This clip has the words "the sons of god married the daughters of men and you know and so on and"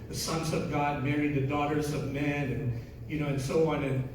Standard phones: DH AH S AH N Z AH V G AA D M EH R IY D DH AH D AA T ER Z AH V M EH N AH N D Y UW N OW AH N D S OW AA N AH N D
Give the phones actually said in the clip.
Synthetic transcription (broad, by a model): DH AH S AH N Z AH V G AA D M EH R IY D DH AH D AA T ER Z AH V M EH N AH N Y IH N OW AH N S OW AA N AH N